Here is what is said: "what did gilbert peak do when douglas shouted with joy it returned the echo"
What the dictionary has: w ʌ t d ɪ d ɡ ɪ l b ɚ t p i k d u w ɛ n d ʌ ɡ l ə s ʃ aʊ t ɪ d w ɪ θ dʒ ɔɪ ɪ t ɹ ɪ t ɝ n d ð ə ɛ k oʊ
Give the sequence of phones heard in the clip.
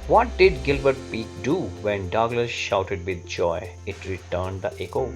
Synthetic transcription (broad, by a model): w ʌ t d ɪ d ɡ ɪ l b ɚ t p i k d u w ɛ n d ʌ ɡ l ə s ʃ aʊ t ɪ d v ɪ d dʒ ɔɪ ɪ t ɹ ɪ t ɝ n d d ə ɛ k oʊ